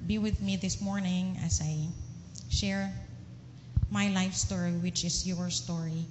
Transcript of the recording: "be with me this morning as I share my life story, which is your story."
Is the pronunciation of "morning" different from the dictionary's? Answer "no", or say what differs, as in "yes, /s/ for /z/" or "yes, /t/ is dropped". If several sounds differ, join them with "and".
no